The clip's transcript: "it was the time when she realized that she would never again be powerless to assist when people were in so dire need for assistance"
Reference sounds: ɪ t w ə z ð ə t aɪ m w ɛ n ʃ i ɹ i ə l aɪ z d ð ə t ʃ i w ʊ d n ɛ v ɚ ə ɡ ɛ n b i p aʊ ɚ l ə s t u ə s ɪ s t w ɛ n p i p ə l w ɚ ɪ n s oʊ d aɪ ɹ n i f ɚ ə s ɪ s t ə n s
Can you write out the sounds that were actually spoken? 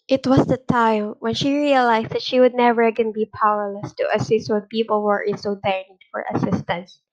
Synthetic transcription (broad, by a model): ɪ t w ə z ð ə t aɪ m w ɛ n ʃ i ɹ i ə l aɪ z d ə t ʃ i w ʊ d n ɛ v ɚ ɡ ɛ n b i p aʊ ɚ l ə s t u ə s ɪ s t w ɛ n p i p ə l w ɚ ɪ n s oʊ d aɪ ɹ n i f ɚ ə s ɪ s t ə n s